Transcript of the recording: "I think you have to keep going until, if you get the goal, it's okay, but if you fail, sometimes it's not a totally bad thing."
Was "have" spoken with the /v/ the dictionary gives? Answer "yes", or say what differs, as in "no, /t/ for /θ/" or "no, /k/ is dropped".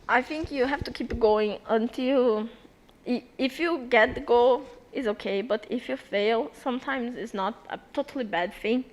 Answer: no, /f/ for /v/